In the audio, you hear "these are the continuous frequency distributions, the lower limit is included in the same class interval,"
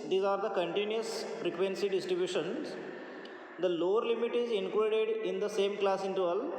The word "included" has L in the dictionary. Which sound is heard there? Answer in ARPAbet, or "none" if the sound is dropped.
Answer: none